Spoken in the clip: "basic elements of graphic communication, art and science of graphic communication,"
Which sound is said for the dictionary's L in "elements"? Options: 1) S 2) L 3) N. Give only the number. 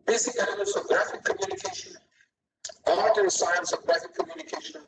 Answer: 3